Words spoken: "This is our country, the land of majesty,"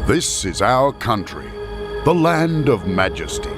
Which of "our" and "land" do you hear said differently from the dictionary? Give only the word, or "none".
none